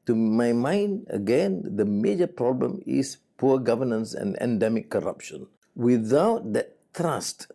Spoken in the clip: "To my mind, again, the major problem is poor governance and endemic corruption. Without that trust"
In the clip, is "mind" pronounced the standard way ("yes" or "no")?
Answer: yes